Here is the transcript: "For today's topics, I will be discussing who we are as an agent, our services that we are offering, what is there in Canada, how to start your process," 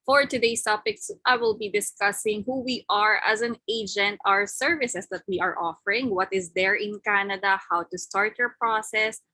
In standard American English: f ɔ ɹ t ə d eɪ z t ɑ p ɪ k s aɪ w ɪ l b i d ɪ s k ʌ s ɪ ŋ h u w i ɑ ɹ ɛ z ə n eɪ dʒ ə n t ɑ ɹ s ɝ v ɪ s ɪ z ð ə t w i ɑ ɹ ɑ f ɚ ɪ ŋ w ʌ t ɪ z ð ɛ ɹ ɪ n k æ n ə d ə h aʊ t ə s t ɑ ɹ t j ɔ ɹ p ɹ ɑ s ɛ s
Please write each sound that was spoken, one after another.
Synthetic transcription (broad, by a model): f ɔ ɹ t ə d eɪ s t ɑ p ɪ k s aɪ w ɪ l b i d ɪ s k ʌ s ɪ ŋ h u w i ɑ ɹ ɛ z ə n eɪ dʒ ə n t ɑ ɹ s ɝ v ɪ s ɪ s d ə t w i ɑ ɹ ɑ f ɚ ɪ ŋ w ʌ t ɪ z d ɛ ɹ ɪ n k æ n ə d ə h aʊ t ə s t ɑ ɹ t j ɔ ɹ p ɹ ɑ s ɛ s